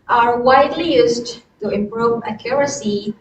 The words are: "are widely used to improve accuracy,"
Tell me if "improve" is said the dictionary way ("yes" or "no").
yes